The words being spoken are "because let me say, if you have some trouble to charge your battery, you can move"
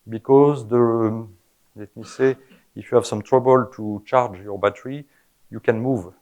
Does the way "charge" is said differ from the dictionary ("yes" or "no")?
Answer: no